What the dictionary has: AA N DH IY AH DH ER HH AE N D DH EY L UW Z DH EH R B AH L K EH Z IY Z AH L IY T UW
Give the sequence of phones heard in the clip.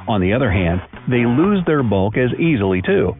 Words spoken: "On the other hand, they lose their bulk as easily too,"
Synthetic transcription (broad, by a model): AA N DH IY AH DH ER HH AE N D DH EY L UW Z DH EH R B AH L K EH Z IY Z L IY T UW